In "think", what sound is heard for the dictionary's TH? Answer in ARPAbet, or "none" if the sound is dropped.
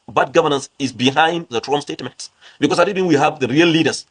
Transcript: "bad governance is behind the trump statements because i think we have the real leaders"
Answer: T